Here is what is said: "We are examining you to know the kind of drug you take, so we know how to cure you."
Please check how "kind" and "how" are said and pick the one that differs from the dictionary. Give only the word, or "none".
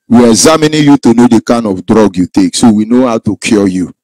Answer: none